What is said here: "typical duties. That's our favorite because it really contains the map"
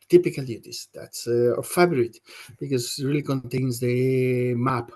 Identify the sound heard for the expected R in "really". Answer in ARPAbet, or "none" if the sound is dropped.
R